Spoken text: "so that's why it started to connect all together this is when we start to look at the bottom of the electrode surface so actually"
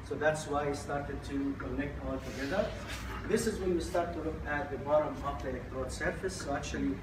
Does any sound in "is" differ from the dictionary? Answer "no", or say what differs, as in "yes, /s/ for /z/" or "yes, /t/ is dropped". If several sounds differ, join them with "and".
no